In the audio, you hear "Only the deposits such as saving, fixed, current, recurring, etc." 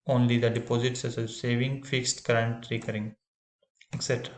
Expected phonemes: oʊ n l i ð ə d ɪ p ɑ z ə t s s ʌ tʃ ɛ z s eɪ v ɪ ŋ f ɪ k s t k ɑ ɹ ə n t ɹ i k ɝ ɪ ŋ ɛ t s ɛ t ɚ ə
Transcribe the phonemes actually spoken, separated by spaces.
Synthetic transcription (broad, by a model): oʊ n l i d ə d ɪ p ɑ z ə t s s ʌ s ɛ s eɪ v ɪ ŋ f ɪ k s t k ɹ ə n t ɹ i k ɝ ɪ ŋ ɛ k s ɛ t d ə